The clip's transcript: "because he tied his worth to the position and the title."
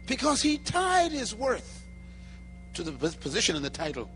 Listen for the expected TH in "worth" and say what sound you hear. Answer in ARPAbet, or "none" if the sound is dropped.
TH